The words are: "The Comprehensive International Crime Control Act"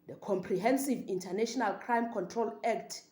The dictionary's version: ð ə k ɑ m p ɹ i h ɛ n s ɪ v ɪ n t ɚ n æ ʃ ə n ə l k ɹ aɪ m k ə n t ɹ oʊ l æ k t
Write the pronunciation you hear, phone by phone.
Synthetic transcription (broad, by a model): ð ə k ɑ m p ɹ i h ɛ n s ɪ v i n t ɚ n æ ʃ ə n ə l k ɹ aɪ m k ə n t ɹ oʊ l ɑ k t